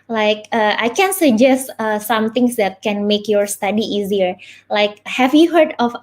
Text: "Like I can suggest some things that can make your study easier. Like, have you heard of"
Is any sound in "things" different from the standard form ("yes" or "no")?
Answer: yes